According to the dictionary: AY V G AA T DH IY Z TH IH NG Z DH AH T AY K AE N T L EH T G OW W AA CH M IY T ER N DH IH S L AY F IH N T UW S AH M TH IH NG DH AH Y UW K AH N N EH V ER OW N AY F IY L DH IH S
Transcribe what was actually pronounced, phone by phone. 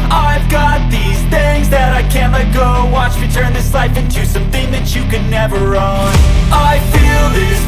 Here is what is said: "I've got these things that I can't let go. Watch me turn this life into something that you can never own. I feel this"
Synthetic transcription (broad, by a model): AY V G AA T DH IY Z TH IH NG Z DH AH T AY K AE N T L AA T G OW W AA CH M IY T ER N DH IH S L AY F IH N T UW S AH M TH IH NG DH AH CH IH K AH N N EH V ER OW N AY F IY L DH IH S